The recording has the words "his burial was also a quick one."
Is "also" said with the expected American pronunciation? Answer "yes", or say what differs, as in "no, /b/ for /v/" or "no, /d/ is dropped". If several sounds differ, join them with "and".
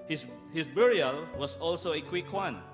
yes